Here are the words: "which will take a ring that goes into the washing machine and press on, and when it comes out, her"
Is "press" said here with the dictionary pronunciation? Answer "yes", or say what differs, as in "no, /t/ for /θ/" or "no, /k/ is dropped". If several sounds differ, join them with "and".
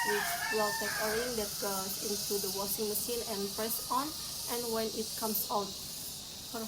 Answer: yes